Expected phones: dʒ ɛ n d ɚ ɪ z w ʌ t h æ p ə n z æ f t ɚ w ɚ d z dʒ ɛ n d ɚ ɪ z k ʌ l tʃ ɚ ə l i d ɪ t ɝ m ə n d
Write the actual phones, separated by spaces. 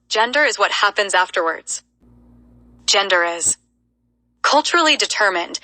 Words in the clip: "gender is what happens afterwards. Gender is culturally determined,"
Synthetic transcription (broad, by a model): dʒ ɛ n d ɚ ɪ z w ʌ t h æ p ə n z æ f t ɚ w ɚ d z dʒ ɛ n d ɚ ɪ z k ʌ l tʃ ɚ l i d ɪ t ɝ m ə n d